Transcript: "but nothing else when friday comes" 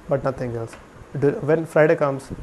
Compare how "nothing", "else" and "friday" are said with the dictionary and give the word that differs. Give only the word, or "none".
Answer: nothing